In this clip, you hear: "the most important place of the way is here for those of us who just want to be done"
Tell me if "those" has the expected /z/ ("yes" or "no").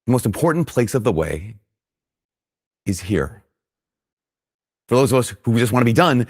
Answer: yes